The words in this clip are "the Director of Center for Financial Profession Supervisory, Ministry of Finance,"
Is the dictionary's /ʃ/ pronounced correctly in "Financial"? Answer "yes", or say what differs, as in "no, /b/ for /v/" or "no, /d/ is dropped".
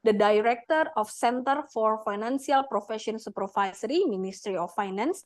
no, /s/ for /ʃ/